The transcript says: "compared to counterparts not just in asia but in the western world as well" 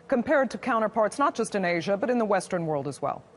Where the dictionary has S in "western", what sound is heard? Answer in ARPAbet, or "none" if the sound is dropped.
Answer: S